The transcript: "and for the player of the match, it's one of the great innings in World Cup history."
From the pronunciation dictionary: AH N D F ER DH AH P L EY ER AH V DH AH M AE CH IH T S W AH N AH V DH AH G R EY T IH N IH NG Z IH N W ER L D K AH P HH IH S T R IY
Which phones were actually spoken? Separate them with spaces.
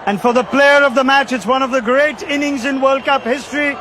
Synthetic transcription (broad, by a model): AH N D F ER DH AH P L EY ER AH V DH AH M AE CH IH T S W AH N AH V DH AH G R EY T IH N IH NG Z IH N W ER L D K AH P HH IH S T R IY